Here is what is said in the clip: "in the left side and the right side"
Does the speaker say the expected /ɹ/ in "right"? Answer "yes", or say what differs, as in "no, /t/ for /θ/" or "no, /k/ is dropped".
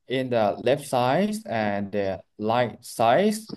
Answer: no, /l/ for /ɹ/